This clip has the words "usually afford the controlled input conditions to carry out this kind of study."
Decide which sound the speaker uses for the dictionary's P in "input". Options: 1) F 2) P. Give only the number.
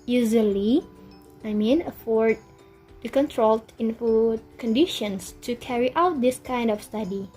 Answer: 1